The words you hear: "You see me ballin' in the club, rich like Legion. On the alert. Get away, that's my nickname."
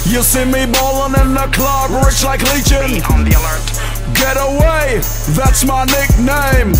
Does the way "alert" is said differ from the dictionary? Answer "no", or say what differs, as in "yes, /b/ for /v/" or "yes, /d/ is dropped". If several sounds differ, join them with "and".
no